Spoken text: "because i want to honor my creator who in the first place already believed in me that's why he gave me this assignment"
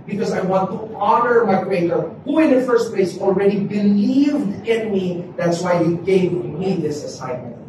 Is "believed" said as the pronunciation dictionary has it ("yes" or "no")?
yes